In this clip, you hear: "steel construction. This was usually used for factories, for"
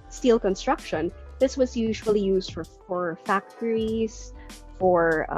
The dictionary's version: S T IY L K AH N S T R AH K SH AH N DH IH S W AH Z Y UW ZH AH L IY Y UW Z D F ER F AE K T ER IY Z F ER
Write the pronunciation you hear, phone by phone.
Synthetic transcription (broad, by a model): S T IY L K AH N S T R AH K SH AH N DH IH S W AH Z Y UW ZH AH L IY Y UW Z D F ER F AE K T ER IY Z F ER